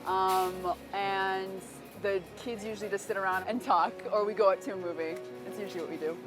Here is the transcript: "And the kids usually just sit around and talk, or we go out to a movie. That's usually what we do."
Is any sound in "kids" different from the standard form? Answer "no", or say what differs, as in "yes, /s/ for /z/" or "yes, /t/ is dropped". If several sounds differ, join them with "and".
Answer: no